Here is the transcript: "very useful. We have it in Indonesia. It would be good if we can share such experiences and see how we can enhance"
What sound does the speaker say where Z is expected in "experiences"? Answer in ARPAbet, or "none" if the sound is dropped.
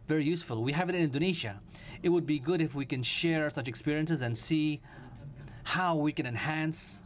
Z